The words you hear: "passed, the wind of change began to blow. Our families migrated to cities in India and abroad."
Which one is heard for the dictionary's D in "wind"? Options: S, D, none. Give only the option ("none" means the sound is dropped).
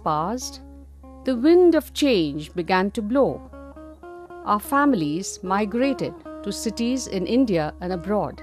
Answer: D